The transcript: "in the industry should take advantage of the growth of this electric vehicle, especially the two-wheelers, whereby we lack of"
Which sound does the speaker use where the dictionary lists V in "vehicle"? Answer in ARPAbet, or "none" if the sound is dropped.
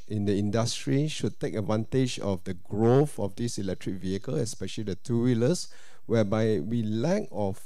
V